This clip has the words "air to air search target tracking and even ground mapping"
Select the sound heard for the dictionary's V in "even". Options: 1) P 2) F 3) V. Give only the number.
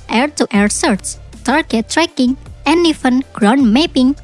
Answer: 2